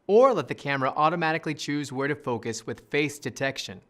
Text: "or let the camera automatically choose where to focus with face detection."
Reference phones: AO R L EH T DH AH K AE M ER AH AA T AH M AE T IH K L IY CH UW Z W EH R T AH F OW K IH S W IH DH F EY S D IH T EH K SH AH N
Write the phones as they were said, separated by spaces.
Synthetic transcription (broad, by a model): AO R L EH T DH AH K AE M ER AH AA T AH M AE T IH K L IY CH UW Z W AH R T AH F OW K IH S W IH DH F EY S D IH T EH K SH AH N